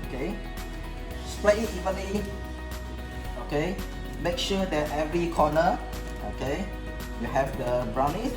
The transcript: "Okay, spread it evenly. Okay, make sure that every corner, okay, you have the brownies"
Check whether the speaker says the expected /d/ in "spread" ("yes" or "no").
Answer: no